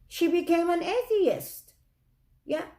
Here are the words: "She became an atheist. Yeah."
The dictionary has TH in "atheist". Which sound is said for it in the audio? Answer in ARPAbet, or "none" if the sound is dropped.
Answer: TH